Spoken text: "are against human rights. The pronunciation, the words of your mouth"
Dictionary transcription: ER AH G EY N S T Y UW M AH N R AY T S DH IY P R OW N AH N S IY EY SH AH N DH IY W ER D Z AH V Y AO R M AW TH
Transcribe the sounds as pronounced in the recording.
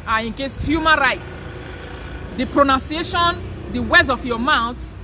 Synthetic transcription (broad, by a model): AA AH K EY S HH Y UW M AH N R AY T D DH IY P R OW N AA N S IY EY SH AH N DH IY W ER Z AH F Y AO M AW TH